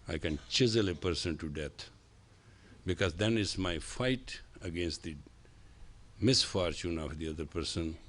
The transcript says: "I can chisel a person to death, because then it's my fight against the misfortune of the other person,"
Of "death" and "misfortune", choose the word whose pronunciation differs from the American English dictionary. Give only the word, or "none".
death